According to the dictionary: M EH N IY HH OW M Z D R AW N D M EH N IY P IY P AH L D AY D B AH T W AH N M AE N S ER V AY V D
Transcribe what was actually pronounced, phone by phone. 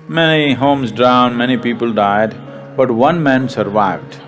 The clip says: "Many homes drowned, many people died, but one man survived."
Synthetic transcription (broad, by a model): M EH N IY HH OW M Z D R AW N D M EH N IY P IY P AH L D AY D B AH T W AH N M AE N S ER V AY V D